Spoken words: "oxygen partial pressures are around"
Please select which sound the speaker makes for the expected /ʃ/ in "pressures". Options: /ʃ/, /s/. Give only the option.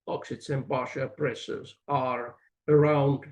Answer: /s/